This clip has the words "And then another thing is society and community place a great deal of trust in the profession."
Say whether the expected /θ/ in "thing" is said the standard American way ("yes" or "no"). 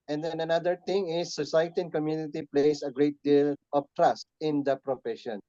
no